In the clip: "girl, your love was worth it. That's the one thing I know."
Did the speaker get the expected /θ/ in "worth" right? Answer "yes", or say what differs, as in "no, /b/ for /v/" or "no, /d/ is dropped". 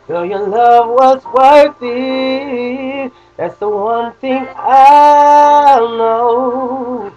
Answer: no, /t/ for /θ/